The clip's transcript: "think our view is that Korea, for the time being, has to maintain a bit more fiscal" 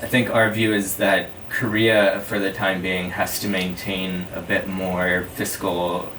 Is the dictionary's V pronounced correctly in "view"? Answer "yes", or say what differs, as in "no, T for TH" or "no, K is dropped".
yes